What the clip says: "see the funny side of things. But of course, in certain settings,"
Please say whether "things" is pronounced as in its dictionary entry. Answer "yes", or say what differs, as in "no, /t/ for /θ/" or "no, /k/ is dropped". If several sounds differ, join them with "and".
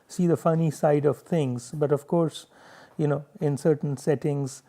no, /t/ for /θ/